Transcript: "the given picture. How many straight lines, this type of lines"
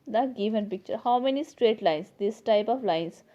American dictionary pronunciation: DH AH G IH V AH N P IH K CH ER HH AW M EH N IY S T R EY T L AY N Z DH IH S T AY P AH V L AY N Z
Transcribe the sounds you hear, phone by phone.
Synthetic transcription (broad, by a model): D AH G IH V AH N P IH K CH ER HH AW M EH N IY S T R EY T L AY N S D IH S T AY P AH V L AY N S